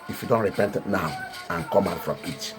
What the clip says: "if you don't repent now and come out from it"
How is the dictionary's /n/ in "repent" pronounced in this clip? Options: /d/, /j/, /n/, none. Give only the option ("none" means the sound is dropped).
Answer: /n/